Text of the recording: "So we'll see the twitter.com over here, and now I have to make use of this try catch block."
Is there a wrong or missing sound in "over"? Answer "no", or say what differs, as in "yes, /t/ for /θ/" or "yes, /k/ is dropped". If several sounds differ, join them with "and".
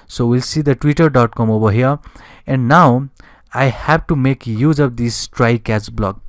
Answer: yes, /b/ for /v/